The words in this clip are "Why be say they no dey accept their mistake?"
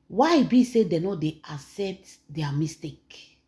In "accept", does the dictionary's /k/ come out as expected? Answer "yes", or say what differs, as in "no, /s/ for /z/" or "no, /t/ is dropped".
no, /k/ is dropped